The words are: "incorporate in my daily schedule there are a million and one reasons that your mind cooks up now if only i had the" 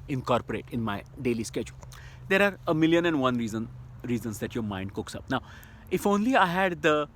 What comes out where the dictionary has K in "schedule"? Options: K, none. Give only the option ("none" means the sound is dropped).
K